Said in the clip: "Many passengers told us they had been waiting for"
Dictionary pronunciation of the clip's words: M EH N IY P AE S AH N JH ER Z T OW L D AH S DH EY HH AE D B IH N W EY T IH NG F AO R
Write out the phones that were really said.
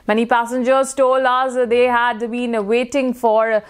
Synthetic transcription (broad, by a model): M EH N IY P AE S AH N JH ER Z T OW L AH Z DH EY HH AE D B IH N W EY T IH NG F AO R